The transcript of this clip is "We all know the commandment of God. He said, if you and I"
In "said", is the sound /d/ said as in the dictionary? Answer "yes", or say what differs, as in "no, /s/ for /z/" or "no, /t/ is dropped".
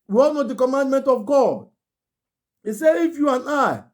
no, /d/ is dropped